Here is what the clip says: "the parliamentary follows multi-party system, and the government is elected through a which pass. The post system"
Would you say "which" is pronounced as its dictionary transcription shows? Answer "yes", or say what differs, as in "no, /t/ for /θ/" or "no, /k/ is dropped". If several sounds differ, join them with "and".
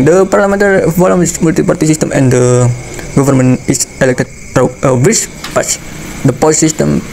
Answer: no, /s/ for /tʃ/